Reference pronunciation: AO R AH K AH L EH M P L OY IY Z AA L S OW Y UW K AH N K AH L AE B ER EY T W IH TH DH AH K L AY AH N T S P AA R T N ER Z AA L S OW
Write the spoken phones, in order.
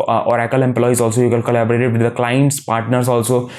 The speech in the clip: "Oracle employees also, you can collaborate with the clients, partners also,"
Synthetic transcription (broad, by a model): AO R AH K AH L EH M P L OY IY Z AA L S OW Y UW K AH L K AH L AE B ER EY T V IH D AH K L AY AH N T S P AA R T N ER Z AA L S OW